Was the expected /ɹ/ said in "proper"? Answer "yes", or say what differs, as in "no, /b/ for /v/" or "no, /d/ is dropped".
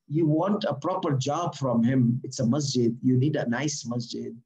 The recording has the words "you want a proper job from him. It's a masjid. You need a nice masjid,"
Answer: yes